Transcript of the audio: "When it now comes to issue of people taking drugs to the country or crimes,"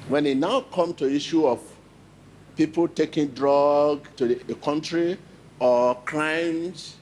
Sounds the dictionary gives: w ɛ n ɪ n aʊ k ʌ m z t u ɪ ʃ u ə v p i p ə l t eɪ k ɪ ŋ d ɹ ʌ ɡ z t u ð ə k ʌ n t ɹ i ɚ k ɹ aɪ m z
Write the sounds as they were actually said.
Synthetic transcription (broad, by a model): w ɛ n ɪ n aʊ k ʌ m t u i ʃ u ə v p i p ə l t eɪ k ɪ ŋ d ɹ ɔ ɡ t u k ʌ n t ɹ i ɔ k ɹ aɪ m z